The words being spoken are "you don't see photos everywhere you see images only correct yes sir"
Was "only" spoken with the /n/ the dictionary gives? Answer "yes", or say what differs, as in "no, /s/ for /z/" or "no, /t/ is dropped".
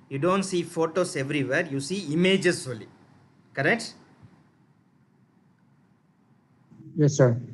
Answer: no, /n/ is dropped